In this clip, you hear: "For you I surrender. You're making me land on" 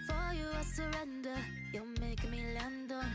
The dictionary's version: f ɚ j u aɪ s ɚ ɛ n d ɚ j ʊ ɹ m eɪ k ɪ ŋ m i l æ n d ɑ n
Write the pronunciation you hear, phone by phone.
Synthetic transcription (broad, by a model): f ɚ j u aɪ s ɚ ɛ n d ɚ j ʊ m eɪ ɪ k m i l æ n d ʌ